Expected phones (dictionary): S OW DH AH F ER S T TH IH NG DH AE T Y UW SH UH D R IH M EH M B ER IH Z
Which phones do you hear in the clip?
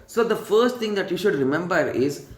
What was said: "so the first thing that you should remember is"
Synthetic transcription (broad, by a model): S OW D AH F ER S T T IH NG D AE T Y UW SH UH D R IH M EH M B ER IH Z